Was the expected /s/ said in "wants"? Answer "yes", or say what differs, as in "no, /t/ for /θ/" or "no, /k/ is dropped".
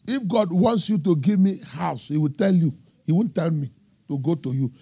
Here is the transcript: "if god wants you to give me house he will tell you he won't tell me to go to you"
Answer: yes